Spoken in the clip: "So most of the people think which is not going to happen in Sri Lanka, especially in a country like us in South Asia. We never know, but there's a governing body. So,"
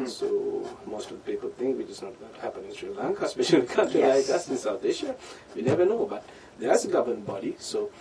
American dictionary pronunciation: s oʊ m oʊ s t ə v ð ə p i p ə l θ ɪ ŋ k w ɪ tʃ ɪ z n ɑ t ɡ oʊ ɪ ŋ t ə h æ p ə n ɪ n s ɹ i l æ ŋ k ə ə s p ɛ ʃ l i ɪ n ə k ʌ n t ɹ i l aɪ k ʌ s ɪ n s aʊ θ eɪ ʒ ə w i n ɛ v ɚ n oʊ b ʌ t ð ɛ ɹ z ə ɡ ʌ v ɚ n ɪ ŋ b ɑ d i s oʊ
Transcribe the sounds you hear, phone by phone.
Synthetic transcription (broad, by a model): s oʊ m oʊ s t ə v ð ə p i p ə l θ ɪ ŋ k w ɪ tʃ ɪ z n ɑ t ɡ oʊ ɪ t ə h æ p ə n ɪ n s ɹ i l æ ŋ k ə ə s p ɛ ʃ i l ə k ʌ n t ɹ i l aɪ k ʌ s ɪ n s aʊ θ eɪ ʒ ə w i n ɛ v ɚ n oʊ b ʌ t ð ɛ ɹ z ə ɡ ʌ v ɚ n b ɑ d i s oʊ